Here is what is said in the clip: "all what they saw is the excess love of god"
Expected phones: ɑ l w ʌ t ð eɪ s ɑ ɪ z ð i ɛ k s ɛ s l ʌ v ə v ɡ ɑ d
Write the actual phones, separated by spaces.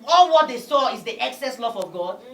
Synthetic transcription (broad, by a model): ɑ l w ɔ t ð eɪ s ɑ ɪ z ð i ɛ k s ɛ s l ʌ v ə v ɡ ɑ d